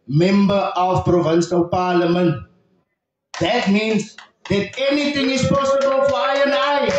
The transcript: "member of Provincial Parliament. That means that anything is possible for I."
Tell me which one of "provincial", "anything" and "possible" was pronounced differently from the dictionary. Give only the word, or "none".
anything